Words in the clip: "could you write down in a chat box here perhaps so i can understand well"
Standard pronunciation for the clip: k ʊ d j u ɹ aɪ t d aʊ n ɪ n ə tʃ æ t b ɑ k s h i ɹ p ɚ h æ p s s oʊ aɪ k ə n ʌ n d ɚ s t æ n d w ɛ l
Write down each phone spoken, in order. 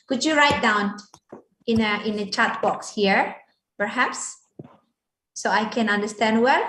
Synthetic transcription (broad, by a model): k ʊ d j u ɹ aɪ t d aʊ n ɪ n ə tʃ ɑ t b ɑ k s h i ɹ p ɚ h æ p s s oʊ aɪ k ə n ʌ n d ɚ s t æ n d w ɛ l